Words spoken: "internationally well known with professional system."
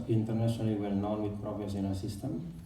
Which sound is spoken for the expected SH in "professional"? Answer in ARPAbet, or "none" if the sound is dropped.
S